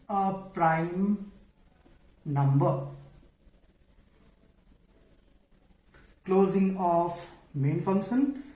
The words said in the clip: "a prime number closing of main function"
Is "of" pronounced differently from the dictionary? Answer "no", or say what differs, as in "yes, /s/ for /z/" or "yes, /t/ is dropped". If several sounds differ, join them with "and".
yes, /p/ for /v/